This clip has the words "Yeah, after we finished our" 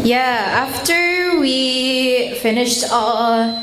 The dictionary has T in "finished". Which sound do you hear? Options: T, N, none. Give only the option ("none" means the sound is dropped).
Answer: T